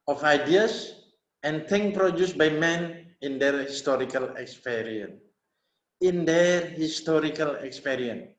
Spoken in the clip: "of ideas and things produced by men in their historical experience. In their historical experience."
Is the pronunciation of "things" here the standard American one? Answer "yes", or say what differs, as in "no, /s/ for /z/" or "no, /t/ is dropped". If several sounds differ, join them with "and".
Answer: no, /z/ is dropped